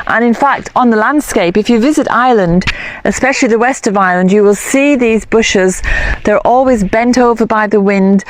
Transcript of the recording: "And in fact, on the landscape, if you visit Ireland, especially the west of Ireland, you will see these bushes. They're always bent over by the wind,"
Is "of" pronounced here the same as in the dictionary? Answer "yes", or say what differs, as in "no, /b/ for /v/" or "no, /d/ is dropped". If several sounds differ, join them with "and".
yes